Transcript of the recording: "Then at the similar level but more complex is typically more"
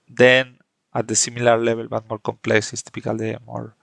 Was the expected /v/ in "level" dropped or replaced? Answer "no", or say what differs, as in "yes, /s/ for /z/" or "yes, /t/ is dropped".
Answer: yes, /b/ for /v/